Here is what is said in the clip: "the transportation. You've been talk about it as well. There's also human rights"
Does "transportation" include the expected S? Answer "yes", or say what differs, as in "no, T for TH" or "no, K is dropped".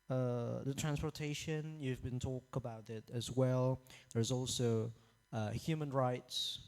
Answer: yes